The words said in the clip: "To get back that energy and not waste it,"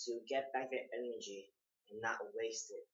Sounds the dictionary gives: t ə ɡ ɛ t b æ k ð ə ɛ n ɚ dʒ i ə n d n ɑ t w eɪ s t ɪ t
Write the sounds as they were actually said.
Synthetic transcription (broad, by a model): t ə ɡ ɛ t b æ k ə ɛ n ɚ dʒ i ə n n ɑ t w eɪ s t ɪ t